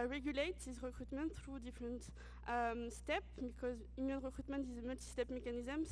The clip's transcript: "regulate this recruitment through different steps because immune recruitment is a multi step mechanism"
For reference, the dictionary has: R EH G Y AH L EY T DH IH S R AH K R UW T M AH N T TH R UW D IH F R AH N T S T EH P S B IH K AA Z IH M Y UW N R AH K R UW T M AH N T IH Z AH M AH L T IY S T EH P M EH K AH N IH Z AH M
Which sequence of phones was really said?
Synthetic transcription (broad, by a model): R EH G Y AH L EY T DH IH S R AH K R UW T M AH N T TH R UW D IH F R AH N T S T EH P B IH K AA Z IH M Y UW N R AH K R UW T M AH N T IH Z AH M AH L T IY S T EH P M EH K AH N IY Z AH M